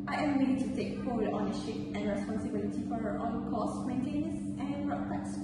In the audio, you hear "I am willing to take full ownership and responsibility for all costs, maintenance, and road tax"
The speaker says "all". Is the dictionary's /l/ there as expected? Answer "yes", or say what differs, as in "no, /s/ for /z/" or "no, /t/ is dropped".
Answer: no, /n/ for /l/